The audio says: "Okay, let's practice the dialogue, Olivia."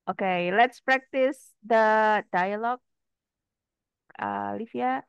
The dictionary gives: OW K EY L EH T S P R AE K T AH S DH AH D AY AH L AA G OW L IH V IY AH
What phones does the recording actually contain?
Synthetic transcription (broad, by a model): OW K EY L EH T S P R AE K T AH S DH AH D AY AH L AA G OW L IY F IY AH